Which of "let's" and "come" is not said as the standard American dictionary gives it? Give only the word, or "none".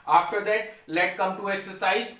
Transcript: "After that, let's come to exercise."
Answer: let's